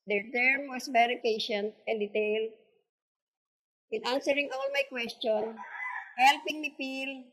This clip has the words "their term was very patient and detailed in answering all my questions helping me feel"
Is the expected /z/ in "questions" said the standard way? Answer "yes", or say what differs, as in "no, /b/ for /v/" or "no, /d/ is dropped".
no, /z/ is dropped